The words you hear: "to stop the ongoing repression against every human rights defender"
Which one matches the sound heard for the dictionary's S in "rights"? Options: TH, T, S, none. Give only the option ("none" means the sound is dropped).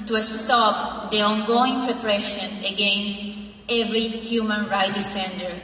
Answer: none